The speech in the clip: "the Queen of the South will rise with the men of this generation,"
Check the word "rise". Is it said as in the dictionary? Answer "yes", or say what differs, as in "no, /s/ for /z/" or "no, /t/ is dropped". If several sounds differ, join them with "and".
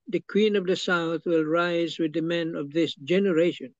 yes